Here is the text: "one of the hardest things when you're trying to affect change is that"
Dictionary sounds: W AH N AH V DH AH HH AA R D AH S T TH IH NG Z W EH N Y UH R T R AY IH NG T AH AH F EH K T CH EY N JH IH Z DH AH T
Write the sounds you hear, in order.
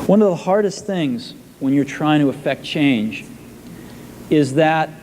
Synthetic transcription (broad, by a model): W AH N AH V DH AH HH AA R D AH S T TH IH NG Z W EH N Y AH R T R AY IH NG T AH AH F EH K T CH EY N JH IH Z DH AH T